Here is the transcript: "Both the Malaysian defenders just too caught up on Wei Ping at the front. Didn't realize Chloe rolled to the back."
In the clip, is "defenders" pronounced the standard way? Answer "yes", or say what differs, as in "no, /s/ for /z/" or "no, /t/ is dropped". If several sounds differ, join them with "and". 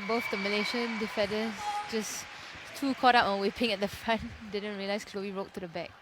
no, /n/ is dropped and /s/ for /z/